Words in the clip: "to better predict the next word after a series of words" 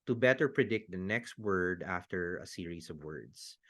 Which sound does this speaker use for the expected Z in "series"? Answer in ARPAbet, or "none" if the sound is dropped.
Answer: S